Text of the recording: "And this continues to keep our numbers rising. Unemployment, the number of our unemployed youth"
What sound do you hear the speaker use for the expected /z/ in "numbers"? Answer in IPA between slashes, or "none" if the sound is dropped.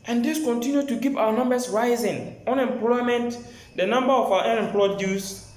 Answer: /s/